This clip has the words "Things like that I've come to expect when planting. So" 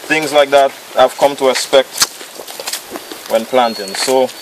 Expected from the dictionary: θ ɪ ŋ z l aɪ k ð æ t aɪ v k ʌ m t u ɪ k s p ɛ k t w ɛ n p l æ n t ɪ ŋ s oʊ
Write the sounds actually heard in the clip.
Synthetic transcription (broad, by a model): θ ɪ ŋ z l aɪ k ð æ t aɪ v k ʌ m t u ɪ s p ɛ k t w ɛ n p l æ n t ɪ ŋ s oʊ